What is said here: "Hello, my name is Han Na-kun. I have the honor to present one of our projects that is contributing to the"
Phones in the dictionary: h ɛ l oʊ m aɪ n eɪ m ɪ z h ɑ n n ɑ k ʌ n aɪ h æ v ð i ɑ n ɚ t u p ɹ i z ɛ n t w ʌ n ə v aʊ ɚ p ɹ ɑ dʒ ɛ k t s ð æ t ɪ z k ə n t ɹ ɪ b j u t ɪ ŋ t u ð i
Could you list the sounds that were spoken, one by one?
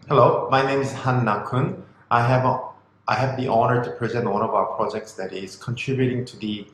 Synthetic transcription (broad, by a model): h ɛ l oʊ m aɪ n eɪ m ɪ z h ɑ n n ɑ k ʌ n aɪ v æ v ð i ɑ n ɚ t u p ɹ i z ɛ n t w ʌ n ə v aʊ ɚ p ɹ ɑ dʒ ɛ k t s ð æ t ɪ z k ə n t ɹ ɪ b j u t ɪ ŋ t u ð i